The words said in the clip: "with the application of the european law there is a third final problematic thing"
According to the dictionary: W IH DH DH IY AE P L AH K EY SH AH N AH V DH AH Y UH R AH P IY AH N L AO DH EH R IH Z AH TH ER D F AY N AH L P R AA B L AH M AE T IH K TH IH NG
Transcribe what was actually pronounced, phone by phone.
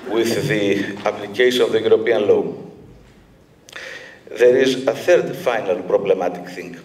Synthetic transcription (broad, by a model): W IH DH DH IY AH P L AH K EY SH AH N AH V DH AH Y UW R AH P IY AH N L AO DH EH R IH Z AH TH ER D F AY N AH L P R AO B L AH M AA T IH K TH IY NG